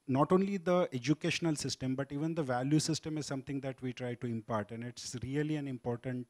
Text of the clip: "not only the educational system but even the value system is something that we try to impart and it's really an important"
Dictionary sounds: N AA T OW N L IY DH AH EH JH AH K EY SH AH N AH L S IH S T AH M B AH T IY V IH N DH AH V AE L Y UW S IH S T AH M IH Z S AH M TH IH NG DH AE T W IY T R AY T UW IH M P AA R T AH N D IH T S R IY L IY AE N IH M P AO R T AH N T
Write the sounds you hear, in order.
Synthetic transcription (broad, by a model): N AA T OW N L IY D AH EH JH AH K EY SH AH N AH L S IH S T AH M B AH T IY V IH N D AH V AE L Y UW S IH S T AH M IH Z S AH M T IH NG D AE T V IY T R AY T UW IH M P AA R T AH N D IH T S R IY L IY AE N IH M P AO R T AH N T